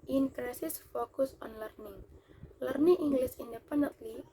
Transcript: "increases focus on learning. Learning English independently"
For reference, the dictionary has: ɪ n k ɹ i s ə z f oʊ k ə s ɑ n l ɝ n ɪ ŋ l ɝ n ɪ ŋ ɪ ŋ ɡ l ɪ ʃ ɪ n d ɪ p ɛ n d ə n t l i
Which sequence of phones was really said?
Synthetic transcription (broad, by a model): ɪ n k ɹ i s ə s f oʊ k ə s ɑ n l ɝ n ɪ ŋ l ɝ n ɪ ŋ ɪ ŋ ɡ l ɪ s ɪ n d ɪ p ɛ n d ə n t l i